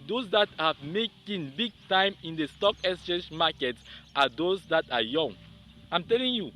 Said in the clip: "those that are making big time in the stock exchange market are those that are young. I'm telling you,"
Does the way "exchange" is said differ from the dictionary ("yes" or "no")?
yes